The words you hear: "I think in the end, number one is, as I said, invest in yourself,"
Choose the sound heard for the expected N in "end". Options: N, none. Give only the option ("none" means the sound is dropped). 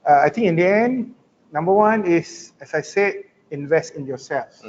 N